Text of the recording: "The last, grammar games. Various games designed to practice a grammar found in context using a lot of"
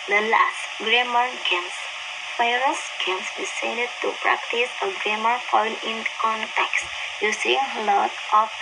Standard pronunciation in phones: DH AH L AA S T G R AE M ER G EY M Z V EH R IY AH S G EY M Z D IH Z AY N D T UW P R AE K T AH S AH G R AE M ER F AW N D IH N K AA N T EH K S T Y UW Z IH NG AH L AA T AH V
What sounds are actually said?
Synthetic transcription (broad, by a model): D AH L AA S T G R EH M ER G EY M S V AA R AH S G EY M S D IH S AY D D T UW P R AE K T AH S AH G R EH M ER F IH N IH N K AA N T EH K S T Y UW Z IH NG L AA T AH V